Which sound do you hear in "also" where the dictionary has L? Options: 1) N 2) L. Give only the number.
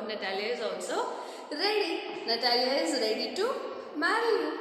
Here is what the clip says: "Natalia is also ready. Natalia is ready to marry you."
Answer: 1